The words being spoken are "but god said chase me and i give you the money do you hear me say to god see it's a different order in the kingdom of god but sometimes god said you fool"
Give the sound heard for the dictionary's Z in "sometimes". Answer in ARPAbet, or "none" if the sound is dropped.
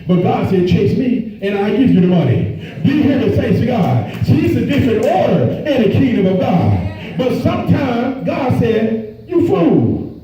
Z